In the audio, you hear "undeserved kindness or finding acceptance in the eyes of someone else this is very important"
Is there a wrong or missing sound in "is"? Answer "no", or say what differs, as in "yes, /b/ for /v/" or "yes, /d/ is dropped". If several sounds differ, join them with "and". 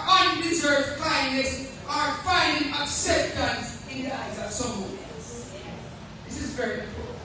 no